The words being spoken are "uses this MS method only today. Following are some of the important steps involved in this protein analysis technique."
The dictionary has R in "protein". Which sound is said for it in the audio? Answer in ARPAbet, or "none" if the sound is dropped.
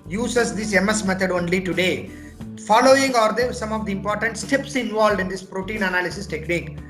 R